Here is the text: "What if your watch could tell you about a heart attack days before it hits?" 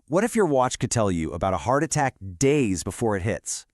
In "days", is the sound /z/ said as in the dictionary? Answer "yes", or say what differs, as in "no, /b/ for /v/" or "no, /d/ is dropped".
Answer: yes